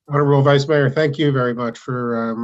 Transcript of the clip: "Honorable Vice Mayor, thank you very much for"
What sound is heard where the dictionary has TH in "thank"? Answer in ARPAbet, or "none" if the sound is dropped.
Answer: TH